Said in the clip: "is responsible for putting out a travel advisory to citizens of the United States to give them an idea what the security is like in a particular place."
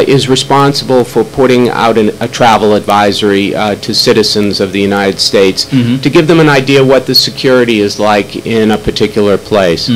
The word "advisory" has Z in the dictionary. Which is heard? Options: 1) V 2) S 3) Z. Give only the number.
3